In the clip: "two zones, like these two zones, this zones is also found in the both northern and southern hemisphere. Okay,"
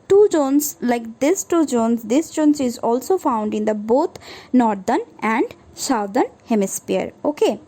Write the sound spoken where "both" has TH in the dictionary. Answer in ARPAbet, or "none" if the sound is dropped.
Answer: T